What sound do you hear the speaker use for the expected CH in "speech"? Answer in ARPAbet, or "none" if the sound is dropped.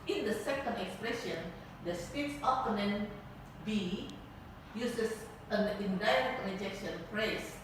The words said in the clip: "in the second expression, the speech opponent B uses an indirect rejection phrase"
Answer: S